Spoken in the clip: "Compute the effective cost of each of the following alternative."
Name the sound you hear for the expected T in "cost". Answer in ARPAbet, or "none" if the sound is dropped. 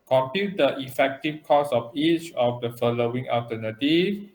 none